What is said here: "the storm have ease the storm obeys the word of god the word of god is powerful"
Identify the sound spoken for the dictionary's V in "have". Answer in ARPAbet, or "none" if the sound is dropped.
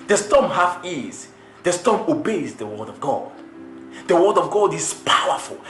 F